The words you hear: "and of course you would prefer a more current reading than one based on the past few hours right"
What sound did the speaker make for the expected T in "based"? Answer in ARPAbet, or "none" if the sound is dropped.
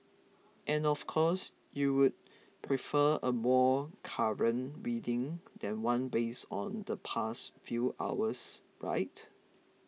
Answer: none